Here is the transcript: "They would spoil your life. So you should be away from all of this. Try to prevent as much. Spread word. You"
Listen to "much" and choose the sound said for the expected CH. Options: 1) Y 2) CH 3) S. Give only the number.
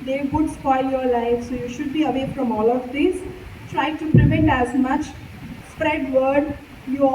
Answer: 2